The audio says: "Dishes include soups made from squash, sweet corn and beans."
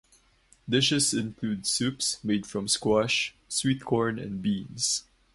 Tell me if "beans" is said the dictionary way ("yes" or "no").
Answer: no